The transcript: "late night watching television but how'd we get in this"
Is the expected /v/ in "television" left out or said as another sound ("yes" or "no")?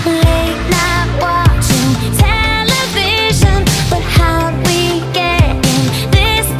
no